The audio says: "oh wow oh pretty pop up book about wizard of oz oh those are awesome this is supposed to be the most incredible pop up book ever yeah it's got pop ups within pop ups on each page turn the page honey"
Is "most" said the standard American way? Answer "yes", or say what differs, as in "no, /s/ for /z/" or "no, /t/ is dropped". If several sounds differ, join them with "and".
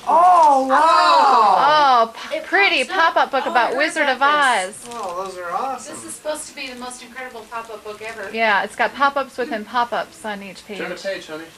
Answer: yes